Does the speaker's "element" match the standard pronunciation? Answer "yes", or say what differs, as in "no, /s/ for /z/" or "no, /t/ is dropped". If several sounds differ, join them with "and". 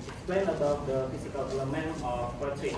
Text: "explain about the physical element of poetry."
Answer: no, /t/ is dropped